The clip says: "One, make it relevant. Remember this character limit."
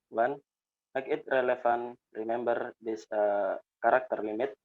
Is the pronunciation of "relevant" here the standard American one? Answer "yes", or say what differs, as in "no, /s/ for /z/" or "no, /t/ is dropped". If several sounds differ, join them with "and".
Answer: no, /f/ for /v/